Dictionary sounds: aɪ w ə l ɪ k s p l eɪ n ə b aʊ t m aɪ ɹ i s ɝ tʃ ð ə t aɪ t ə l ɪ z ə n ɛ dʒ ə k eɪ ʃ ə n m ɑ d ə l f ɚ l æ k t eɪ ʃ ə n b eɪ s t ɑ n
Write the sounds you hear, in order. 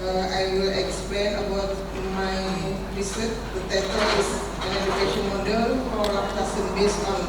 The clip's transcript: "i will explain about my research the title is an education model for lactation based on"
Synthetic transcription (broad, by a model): aɪ w ə l ɪ k s p l eɪ n ə b aʊ t m aɪ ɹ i s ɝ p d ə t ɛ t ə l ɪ s ə n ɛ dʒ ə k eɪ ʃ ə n m ɑ d ə l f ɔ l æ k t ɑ s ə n b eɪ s ɑ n